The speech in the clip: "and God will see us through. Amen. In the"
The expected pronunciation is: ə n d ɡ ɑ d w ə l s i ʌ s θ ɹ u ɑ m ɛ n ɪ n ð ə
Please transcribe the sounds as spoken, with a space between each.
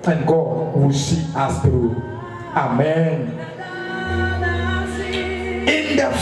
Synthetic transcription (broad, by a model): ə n ɡ ɑ d w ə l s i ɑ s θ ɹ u ɑ m ɛ n ɪ n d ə